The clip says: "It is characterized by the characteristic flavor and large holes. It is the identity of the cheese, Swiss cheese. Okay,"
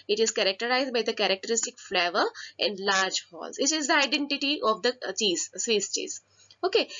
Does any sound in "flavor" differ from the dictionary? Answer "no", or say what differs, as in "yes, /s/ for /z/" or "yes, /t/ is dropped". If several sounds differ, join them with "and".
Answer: no